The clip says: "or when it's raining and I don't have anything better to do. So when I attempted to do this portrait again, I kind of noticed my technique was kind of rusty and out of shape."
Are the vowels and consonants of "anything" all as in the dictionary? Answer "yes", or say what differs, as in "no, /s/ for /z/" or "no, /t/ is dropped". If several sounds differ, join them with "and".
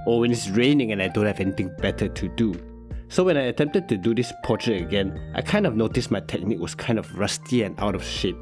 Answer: no, /t/ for /θ/